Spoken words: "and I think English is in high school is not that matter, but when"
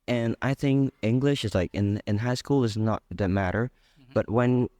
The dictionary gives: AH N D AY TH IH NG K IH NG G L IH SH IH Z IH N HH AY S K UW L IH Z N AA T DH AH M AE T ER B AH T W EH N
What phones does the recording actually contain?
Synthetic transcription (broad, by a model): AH N AY TH IH NG K IH NG G L IH SH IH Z IH N HH AY S K UW L IH Z N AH T DH AH M AE T ER B AH T W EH N